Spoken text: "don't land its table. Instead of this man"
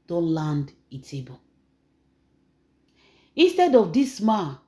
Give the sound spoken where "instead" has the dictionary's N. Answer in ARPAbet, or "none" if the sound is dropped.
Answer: N